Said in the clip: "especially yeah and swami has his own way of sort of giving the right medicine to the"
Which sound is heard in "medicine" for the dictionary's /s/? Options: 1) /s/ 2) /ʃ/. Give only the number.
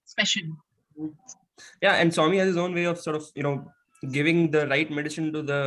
2